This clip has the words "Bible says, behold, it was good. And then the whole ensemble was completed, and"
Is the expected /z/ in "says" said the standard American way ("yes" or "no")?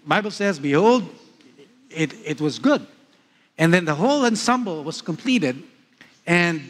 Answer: yes